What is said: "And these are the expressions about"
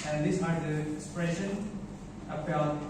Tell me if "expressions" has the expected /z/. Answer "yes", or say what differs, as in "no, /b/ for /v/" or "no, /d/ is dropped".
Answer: no, /z/ is dropped